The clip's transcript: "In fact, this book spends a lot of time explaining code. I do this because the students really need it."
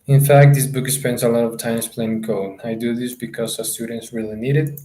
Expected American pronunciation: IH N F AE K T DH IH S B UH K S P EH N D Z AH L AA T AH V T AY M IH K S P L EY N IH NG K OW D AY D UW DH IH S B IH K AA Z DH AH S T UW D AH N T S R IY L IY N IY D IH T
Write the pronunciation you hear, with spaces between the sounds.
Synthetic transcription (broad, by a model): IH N F AE K T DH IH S B UH K S P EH N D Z AH L AA T AH V T AY M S P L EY IH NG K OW AY D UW DH IH S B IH K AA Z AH S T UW D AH N T S R IY L IY N IY D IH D